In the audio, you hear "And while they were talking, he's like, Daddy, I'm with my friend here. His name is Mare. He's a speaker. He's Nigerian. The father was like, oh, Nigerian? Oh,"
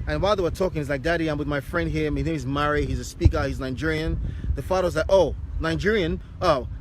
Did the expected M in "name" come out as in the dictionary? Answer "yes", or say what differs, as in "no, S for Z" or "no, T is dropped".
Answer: no, M is dropped